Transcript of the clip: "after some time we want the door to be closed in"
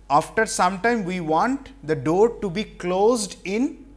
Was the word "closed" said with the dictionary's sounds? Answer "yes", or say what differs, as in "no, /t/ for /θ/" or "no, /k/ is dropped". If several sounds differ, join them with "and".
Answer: yes